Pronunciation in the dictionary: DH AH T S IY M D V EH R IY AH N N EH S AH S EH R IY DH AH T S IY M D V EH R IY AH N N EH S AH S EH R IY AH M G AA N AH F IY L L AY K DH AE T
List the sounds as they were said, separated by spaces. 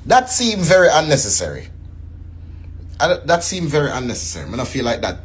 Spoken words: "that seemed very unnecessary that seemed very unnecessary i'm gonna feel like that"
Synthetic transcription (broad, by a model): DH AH T S IY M V EH R IY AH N N EH S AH S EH R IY DH AH T S IY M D V EH R IY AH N N EH S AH S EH R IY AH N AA AH F IY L L AY K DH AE T